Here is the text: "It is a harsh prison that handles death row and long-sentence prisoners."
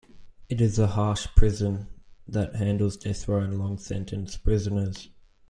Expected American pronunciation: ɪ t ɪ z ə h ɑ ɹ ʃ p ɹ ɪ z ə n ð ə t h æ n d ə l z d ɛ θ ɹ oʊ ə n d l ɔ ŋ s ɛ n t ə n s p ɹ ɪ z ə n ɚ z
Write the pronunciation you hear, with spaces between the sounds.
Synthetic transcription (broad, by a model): ɪ t ɪ z ə h ɑ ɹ ʃ p ɹ ɪ z ə n ð ə t h æ n d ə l z d ɛ θ w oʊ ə n l ɔ ŋ s ɛ n t ə n s p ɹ ɪ z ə n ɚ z